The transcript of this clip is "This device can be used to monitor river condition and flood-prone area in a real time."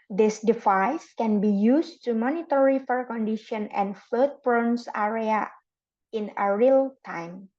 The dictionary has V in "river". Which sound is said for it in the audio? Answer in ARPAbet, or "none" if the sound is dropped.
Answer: F